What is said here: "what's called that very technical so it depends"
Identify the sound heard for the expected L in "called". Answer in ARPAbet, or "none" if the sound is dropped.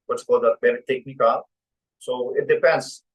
none